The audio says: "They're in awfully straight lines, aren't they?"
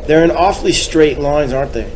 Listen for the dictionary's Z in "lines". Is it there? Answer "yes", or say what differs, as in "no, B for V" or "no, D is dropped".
yes